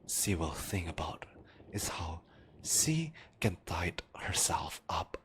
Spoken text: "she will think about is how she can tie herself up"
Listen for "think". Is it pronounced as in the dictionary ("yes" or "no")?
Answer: no